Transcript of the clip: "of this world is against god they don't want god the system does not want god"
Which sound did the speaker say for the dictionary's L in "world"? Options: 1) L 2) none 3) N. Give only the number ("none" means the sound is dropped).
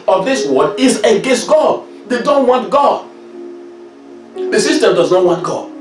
2